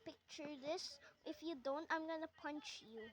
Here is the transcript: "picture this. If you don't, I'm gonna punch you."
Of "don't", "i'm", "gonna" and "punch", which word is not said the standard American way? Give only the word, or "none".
none